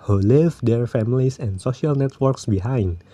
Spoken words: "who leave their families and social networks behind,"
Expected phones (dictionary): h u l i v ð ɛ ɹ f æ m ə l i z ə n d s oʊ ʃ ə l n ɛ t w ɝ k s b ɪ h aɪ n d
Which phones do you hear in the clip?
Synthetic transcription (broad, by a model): h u l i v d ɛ ɹ f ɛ m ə l i s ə n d s oʊ ʃ ə l n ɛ t w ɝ k s b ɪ h aɪ n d